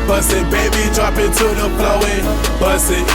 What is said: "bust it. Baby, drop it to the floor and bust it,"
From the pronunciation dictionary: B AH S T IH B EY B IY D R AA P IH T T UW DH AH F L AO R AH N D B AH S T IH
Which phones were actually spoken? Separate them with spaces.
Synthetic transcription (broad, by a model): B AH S IH B EY B IY D R AA P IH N T UW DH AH P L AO W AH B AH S IH